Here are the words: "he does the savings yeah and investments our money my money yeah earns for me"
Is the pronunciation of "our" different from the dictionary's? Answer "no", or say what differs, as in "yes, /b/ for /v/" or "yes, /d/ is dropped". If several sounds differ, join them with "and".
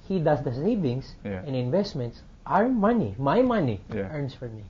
no